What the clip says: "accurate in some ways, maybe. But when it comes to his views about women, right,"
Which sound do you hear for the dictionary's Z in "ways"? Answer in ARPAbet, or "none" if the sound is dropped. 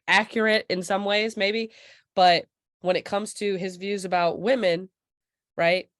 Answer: Z